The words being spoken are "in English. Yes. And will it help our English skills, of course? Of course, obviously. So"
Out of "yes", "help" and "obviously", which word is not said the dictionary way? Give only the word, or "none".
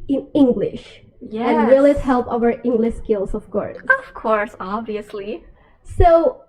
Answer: yes